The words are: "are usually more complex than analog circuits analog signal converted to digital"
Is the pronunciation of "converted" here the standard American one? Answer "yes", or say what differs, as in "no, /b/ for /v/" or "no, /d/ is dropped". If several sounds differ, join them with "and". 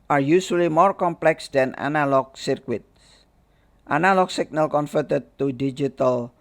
no, /f/ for /v/